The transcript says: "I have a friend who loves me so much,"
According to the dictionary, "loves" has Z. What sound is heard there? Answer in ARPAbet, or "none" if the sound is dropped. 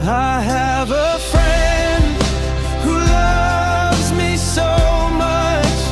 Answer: Z